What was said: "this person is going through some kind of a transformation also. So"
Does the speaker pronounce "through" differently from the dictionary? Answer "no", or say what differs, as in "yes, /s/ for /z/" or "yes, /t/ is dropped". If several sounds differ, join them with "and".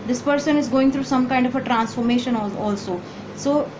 yes, /t/ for /θ/